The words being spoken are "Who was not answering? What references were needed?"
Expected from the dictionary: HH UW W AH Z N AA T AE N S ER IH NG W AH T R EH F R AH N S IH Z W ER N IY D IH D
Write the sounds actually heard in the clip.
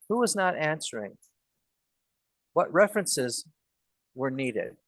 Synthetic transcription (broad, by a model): HH UW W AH Z N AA T AE N S ER IH NG W AH T R EH F R AH N S IH Z W ER N IY D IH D